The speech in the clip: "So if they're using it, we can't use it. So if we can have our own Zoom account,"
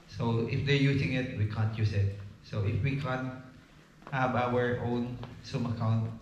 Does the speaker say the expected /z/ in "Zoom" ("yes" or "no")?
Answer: no